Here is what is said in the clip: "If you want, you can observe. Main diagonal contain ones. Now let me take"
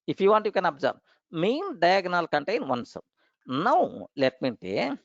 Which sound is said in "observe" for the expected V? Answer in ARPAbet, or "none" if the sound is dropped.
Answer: B